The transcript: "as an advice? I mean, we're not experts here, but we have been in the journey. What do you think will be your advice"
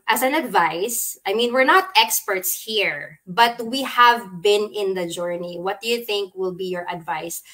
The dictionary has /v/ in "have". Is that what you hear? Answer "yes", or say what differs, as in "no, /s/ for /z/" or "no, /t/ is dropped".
yes